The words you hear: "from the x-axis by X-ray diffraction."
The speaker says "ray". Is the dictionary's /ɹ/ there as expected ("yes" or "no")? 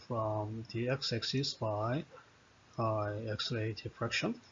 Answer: no